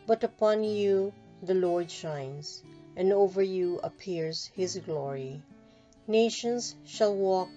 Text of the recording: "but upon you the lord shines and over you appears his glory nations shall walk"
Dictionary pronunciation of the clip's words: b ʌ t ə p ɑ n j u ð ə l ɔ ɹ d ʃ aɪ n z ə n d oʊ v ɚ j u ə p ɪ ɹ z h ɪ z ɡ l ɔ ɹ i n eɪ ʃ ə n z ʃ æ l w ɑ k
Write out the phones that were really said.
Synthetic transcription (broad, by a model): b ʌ t ə p ɑ n j u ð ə l ɔ ɹ d ʃ aɪ n z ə n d oʊ v ɚ j u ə p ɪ ɹ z h ɪ z ɡ l ɔ ɹ i n eɪ ʃ ə n z ʃ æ l w ɑ k